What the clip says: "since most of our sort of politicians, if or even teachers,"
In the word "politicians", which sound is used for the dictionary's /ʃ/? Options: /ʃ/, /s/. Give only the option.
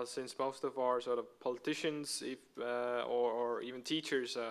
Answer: /ʃ/